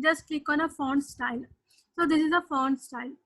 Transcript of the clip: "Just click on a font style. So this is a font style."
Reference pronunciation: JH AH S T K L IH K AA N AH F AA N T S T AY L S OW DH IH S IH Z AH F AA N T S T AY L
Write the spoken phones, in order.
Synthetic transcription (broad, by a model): JH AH S T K IH K AA N AH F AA N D S T AY L S OW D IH S IH Z AH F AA N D S T AY L